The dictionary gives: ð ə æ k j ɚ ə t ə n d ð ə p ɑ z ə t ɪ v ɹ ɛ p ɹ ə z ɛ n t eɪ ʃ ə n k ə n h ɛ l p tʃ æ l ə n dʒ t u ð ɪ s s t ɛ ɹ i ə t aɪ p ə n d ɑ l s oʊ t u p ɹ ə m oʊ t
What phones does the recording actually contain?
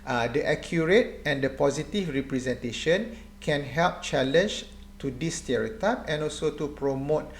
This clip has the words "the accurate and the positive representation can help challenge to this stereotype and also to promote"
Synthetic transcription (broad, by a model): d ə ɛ k j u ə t ə n d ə p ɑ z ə t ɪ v ɹ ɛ p ɹ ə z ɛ n t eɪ ʃ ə n k ə n h ɛ l p tʃ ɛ l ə n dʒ t u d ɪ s s t ɛ ɹ i ə t aɪ p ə n ɑ l s oʊ t u p ɹ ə m oʊ t